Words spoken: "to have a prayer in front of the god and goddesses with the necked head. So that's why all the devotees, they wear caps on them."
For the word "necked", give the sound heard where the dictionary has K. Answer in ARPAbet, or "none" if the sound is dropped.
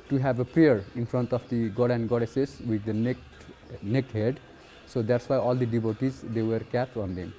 K